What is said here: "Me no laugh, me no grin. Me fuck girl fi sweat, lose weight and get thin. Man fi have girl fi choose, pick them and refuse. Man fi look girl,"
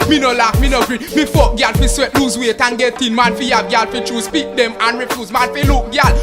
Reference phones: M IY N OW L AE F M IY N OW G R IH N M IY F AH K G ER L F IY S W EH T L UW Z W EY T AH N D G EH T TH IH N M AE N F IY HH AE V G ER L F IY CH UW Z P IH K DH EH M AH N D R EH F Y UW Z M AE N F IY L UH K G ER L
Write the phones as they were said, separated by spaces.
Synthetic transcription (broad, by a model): M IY N OW L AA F M IY N OW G R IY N M IY F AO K G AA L F IY S W EH T L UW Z W EY T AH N G EH T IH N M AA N F IY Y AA B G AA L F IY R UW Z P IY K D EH M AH N R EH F Y UW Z M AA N F IY L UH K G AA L